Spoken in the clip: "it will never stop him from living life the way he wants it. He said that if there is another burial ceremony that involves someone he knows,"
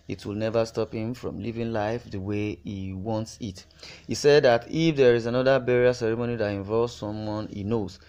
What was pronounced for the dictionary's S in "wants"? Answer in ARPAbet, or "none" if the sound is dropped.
S